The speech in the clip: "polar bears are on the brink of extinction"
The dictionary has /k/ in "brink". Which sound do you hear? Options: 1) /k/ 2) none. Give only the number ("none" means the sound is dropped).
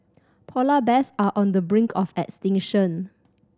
1